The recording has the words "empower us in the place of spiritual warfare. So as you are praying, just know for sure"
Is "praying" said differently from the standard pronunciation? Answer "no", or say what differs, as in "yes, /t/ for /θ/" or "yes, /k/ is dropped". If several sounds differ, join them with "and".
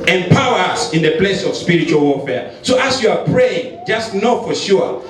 no